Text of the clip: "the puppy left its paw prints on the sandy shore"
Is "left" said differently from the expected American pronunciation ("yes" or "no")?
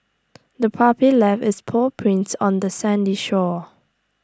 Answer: yes